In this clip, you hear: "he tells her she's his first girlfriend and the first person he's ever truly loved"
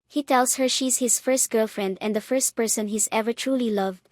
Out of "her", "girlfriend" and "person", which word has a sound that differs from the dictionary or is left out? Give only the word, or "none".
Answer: none